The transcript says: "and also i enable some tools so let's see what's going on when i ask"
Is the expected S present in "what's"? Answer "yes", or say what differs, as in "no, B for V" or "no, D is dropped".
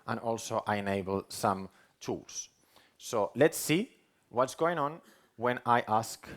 yes